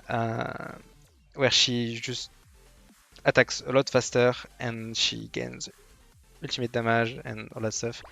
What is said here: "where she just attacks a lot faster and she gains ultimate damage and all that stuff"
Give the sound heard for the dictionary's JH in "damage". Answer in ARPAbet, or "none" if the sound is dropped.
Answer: ZH